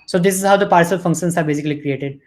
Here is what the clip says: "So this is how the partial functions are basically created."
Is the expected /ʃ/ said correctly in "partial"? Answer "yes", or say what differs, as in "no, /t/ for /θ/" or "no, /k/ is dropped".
no, /s/ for /ʃ/